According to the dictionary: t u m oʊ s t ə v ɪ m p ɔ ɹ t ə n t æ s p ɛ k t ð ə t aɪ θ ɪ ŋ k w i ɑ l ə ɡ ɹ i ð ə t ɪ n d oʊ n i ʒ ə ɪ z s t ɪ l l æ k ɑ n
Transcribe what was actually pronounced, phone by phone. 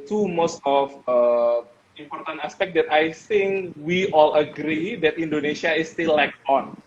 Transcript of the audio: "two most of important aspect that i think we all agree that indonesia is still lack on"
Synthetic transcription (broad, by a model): t u m oʊ s t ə f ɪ m p ɔ ɹ t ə n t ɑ s p ɛ k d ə t aɪ θ ɪ ŋ k w i ɑ l ə ɡ ɹ i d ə t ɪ n d oʊ n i ʃ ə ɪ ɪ s t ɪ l l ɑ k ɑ n